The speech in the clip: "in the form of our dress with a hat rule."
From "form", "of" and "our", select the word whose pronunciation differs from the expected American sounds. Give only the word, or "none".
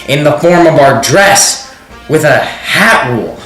none